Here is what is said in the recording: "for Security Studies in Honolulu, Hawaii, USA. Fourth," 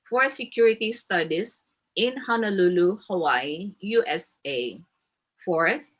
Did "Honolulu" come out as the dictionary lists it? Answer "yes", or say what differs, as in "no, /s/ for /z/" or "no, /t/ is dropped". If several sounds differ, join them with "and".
yes